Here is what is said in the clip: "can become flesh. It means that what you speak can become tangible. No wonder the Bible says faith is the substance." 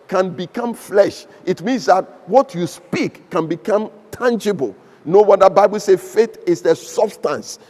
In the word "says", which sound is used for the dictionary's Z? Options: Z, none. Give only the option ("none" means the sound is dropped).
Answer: none